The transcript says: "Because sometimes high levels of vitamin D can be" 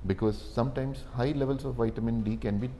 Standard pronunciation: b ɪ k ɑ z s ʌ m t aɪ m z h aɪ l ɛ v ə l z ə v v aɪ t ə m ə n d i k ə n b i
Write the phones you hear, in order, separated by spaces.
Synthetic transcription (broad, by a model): b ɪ k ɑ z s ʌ m t aɪ m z h aɪ l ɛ v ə l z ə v v aɪ t ə m ə n d i k ə n b i